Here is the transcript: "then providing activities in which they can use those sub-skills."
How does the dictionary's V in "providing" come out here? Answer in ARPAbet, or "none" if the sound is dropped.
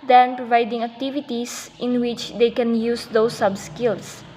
V